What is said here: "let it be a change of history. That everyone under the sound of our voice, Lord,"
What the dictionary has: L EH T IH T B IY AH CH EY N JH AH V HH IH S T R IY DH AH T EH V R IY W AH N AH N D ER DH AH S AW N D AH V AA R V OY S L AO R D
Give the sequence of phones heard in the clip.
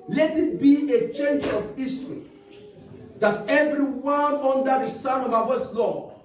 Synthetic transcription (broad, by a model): L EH T IH T B IY AH CH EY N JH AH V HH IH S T R IY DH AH T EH V R IY W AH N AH N D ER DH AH S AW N AH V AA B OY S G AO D